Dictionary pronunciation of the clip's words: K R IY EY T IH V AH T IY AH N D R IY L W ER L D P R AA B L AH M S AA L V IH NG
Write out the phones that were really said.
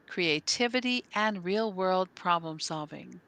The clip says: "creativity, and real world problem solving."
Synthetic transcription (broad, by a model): K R IY EY T IH V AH T IY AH N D R IY L W ER L D P R AA B L AH M S AA L V IH NG